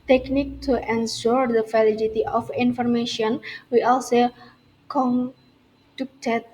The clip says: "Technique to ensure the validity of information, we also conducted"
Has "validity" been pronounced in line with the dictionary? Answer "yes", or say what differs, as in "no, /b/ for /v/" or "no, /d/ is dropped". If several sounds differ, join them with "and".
no, /f/ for /v/